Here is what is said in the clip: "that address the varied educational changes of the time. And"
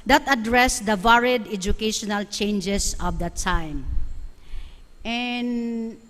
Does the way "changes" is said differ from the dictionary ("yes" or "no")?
yes